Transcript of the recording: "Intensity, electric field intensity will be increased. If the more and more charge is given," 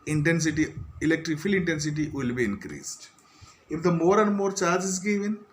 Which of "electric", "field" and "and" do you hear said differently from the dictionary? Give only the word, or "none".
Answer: field